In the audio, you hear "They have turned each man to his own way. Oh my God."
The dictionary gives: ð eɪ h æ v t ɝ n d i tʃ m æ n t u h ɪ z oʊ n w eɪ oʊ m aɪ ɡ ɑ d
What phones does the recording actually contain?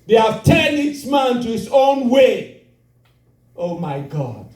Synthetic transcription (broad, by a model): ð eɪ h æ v t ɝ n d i s m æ n t u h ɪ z oʊ n w eɪ oʊ m aɪ ɡ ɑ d